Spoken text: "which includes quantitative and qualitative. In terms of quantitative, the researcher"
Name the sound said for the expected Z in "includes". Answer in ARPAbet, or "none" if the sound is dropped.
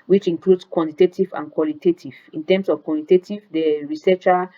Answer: S